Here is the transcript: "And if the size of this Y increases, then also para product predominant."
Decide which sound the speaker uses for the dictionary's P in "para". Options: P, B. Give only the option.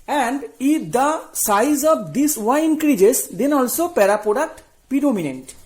P